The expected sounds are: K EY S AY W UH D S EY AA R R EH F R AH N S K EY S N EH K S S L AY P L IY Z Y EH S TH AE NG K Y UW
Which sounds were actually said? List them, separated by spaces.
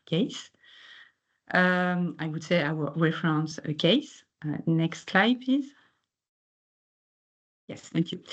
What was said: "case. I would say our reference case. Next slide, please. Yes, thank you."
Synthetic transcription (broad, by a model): K EY S AY W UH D S EY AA W R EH F R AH N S K EY S N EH K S S L AY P IY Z Y EH S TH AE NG K Y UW